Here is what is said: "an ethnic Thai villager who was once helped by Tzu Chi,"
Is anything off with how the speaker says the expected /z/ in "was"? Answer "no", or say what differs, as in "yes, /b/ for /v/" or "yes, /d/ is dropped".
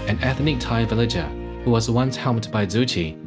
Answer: no